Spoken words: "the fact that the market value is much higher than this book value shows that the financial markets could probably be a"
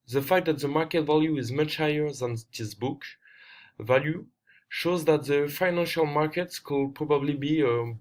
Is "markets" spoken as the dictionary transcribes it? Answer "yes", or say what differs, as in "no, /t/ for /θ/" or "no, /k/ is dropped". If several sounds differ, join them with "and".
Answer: yes